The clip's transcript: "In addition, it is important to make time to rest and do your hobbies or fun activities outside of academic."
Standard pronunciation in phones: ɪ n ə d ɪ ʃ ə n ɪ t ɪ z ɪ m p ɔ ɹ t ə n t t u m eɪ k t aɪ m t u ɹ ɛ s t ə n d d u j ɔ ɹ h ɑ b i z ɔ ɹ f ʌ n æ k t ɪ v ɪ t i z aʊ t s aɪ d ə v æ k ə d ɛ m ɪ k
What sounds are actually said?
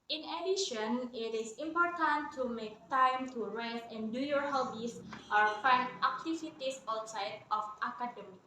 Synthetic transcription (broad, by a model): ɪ n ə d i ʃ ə n ɪ t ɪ s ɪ m p ɔ ɹ t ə n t t u m eɪ k t aɪ m t u ɹ ɛ s t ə n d d u j ɔ ɹ h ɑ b i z ɔ ɹ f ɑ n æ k t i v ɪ t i s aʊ t s aɪ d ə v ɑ k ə d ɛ m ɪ